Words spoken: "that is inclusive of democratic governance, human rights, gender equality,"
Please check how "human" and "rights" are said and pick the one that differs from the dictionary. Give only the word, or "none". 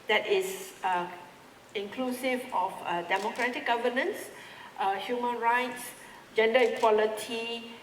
none